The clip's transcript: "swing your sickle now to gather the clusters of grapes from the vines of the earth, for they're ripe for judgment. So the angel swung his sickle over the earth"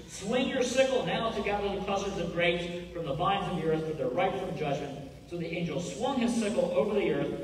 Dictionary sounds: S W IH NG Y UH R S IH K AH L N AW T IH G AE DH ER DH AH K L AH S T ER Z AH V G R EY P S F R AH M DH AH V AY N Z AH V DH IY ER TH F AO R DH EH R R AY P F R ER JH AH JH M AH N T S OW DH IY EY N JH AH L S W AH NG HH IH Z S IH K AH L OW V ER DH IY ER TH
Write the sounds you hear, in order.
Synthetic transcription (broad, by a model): S W IH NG Y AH R S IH K L N AW T IH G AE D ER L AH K AH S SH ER Z AH V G R EY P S F R AH M DH AH V AY N Z AH V DH IY ER TH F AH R DH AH R R AY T F R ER JH AH JH M AH N T S OW DH IY EY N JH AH L S W AH NG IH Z S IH K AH L OW V ER DH IY ER TH